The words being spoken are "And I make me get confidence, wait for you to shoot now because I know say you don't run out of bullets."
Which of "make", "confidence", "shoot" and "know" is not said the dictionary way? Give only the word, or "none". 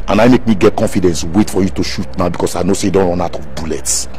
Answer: none